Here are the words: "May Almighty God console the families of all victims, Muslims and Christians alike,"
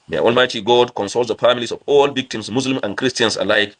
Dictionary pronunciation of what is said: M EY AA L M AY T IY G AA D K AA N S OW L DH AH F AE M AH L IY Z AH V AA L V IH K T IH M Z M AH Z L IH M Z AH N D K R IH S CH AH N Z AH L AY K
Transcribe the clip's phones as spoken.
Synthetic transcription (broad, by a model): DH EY AA L M AY T IY G AA D K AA N S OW L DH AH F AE M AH L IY S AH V AA L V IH K T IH M S M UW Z L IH M AH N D K R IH S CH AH N S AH L AY K